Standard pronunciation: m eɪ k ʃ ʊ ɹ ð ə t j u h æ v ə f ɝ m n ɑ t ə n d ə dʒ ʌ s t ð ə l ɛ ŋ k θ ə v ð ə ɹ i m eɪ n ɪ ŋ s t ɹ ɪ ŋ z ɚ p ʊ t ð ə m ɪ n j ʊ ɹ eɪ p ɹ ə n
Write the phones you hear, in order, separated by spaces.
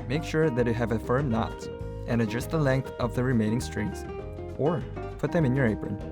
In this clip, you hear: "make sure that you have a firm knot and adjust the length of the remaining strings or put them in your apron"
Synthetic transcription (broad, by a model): m eɪ k ʃ ʊ ɹ ð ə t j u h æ v ə f ɝ m n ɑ t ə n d ə dʒ ʌ s t ð ə l ɛ ŋ k θ ə v ð ə ɹ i m eɪ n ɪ ŋ s t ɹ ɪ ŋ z ɚ p ʊ t ð ə m ɪ n j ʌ ɹ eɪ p ɹ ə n